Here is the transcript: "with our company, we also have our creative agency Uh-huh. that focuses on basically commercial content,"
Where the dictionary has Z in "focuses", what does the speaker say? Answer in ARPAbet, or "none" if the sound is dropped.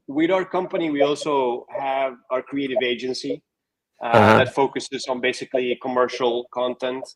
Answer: Z